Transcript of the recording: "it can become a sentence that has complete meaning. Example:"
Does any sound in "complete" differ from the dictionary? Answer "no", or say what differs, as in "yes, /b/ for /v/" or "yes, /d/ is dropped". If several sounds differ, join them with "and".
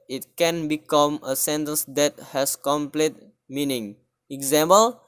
no